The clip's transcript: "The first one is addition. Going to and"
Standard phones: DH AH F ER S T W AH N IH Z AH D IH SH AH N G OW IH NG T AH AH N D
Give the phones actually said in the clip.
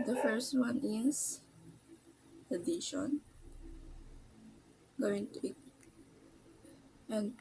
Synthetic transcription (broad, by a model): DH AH F ER S T W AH N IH S AH D IH SH AH N G OW IH NG T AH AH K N